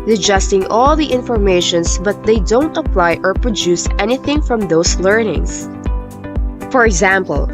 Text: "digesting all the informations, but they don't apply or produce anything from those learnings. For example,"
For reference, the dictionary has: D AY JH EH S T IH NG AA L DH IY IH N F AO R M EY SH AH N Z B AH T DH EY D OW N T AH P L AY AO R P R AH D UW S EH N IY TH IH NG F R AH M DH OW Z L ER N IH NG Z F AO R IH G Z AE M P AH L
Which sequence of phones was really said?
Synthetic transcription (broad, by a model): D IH JH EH S T IH NG AA L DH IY IH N F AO R M EY SH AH N S B AH T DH EY D OW N T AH P L AY AO R P R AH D UW S EH N IY TH IH NG F R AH M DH OW S L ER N IH NG S F AO R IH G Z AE M P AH L